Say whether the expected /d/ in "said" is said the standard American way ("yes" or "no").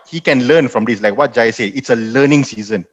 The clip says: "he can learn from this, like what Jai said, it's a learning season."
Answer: no